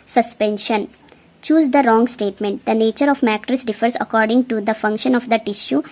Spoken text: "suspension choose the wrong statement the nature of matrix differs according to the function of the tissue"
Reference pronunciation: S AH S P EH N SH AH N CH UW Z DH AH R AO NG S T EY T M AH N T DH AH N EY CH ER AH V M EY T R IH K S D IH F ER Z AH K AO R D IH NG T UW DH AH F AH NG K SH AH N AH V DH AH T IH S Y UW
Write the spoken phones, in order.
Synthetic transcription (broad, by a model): S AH S P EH N SH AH N CH UW Z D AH R AO NG S T EY T M AH N T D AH N EY CH ER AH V M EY T R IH S D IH F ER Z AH K AO R D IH NG T UW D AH F AH NG K SH AH N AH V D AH T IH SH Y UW